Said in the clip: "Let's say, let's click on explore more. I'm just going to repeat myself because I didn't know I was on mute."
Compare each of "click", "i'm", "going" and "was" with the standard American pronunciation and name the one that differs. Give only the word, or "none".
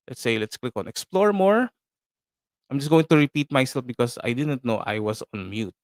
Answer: was